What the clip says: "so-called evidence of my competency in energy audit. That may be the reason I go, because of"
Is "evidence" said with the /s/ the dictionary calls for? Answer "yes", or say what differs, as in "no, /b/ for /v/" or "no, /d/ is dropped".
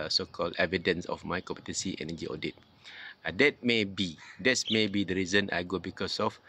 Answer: yes